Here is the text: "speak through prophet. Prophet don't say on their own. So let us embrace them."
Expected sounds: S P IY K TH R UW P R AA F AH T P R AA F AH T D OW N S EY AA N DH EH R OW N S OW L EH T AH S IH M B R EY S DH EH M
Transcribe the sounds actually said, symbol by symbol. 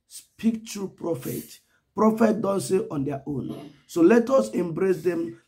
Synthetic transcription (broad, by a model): S P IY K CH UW P R AA F AH T P R AA F AH T D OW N S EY AA N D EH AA OW N S OW L EH T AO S IH M B R EY S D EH M